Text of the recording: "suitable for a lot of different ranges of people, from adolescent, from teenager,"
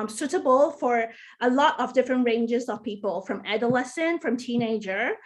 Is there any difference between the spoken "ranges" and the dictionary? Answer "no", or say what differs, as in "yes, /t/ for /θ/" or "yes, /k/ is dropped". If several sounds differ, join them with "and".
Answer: no